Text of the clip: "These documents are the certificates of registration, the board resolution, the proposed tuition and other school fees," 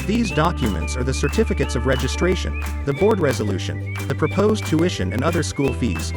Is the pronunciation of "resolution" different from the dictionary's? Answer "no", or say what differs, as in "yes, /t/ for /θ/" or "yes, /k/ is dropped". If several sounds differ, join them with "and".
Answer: no